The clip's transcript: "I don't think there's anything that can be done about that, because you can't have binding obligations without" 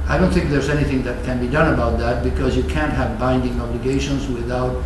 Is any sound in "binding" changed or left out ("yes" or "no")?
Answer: no